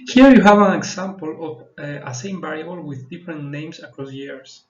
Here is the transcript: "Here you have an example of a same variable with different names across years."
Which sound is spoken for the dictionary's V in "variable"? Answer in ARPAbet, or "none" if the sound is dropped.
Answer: B